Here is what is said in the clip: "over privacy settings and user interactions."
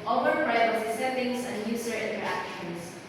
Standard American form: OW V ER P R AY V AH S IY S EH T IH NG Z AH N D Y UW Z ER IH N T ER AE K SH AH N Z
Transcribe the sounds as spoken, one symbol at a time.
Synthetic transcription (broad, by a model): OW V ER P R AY AH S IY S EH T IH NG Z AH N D Y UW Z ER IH N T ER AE K SH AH N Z